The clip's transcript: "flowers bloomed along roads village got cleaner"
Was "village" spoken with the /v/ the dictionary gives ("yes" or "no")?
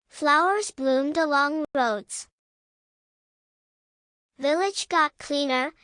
yes